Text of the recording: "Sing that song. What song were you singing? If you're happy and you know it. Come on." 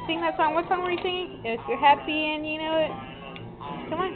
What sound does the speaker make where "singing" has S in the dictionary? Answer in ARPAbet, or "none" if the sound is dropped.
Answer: TH